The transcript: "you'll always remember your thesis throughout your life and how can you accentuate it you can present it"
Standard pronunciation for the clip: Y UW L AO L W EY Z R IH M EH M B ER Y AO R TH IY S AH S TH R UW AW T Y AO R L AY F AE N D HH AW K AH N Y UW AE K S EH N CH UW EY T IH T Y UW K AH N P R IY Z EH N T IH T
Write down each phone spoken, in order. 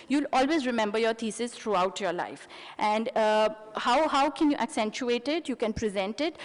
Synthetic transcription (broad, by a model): Y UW L AO L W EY Z R IH M EH M B ER Y AO R T IY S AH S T R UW AW T Y AO R L AY F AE N D HH AW K AH N Y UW AE K S EH N CH UW EY T IH T Y UW K AH N P R IY Z EH N T IH T